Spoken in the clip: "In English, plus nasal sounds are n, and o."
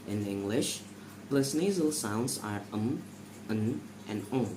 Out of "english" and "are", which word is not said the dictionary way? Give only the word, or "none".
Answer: none